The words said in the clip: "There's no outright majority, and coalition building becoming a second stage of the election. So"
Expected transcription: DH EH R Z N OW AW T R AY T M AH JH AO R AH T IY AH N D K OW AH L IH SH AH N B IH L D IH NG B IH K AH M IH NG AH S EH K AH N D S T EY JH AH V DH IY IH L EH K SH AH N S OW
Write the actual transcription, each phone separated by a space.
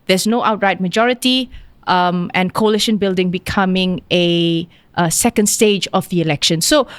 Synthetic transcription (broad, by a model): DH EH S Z N OW AW T R AY T M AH JH AO R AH T IY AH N K OW AH L IH SH AH N B IH L D IH NG B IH K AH M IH NG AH S EH K AH N D S T EY JH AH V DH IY IH L EH K SH AH N S OW